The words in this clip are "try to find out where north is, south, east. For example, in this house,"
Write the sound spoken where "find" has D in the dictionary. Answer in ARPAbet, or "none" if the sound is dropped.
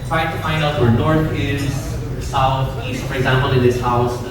D